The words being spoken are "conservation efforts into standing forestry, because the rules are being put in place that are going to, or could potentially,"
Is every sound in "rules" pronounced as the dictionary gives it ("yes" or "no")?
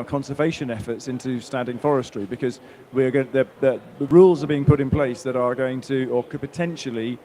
yes